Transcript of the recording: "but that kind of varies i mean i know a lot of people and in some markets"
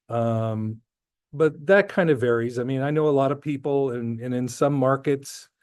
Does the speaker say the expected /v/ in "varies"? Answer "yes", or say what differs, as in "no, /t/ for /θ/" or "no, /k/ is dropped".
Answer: yes